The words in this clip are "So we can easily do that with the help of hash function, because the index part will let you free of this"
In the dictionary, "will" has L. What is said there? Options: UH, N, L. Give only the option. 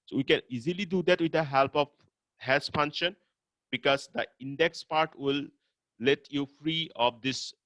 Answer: L